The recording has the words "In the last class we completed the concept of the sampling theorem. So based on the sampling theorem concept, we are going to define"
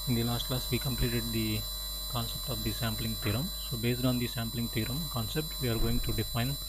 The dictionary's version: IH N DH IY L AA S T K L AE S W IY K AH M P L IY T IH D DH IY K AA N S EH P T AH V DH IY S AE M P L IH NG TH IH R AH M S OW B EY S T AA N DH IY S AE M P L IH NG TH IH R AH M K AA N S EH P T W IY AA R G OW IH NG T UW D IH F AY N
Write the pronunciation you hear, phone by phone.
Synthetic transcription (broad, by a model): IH N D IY L AA S T K L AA S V IY K AH M P L IY T IH D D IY K AA N S EH P T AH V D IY S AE M P L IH NG T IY R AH M S OW B EY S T AA N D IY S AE M P L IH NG T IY R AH M K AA N S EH P T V IY AA R G OW IH NG T UW D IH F AY N